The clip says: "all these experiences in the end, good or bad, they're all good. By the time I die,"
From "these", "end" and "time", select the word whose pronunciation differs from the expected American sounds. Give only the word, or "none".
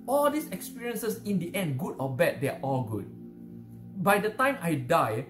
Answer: these